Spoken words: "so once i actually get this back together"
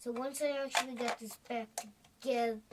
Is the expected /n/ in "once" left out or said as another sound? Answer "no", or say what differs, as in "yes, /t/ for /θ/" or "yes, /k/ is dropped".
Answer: no